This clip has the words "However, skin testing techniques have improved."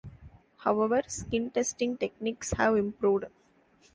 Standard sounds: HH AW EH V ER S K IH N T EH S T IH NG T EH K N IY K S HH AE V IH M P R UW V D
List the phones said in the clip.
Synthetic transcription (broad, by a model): HH AW EH V ER S K IH N T EH S T IH NG T EH K N IY K S HH AE V IH M P R UW V D